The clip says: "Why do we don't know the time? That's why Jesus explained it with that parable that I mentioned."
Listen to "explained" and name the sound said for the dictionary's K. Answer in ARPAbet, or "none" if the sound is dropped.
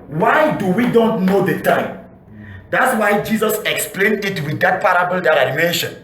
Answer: K